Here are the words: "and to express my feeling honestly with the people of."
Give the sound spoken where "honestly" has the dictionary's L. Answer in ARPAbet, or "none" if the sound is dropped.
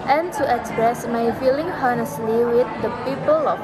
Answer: L